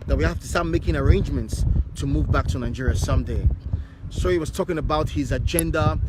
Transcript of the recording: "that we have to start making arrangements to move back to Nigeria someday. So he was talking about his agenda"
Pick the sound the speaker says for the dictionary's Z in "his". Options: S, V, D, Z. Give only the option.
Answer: Z